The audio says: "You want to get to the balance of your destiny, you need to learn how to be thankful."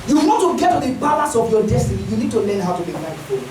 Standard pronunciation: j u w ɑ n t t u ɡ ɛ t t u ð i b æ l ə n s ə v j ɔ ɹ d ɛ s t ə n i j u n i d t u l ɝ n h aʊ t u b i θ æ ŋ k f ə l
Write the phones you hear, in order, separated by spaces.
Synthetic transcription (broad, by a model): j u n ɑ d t t u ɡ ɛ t t u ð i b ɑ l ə s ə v j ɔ d ɛ s t ə n i j u n i d t u l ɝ n h aʊ t u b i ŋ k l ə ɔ